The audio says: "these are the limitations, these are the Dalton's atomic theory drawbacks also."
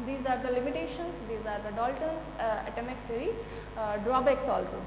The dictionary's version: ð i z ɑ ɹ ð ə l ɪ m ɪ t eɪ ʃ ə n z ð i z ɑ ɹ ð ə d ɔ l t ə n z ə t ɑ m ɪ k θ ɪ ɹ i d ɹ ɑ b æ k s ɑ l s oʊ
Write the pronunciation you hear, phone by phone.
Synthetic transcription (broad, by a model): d i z ɑ ɹ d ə l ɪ m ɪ t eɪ ʃ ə n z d i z ɑ ɹ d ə d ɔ l t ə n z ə t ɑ m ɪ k t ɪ ɹ i d ɹ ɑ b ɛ k s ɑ l s oʊ